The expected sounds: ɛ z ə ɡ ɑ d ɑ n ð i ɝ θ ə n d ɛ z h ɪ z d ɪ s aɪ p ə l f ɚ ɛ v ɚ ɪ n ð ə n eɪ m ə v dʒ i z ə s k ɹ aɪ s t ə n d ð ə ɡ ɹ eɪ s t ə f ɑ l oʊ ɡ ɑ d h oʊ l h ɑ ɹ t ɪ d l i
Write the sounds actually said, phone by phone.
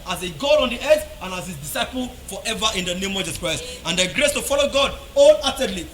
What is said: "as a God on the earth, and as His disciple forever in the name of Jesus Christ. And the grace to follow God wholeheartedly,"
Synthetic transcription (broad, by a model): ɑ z ə ɡ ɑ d ɑ n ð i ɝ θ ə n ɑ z h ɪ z d ɪ s aɪ p ə l f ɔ ɛ v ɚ ɪ n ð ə n eɪ m ə v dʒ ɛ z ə k ɹ aɪ s t ə n d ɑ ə ɡ ɹ eɪ s t ə f ɑ l oʊ ɡ ɑ d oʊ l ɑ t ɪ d l i